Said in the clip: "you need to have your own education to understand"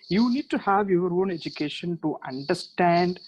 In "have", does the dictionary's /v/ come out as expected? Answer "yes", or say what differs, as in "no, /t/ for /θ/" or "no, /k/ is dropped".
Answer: yes